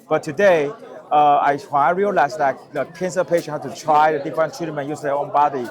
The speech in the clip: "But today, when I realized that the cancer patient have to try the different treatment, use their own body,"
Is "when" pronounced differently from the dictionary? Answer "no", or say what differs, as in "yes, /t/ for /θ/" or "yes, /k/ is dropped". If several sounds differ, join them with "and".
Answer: yes, /n/ is dropped